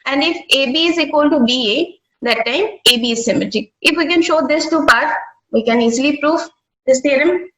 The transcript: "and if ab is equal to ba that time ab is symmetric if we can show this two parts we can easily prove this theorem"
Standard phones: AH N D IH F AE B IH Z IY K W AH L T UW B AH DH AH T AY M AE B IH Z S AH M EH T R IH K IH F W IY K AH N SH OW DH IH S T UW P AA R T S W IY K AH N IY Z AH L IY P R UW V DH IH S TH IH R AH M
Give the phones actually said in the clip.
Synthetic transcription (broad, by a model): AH N D IH F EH B IH Z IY K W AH L T UW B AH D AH T AY M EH B IH Z S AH M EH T IH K IH F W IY K AH N SH OW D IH S T UW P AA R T W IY K AH N IY Z AH L IY P R UW V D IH S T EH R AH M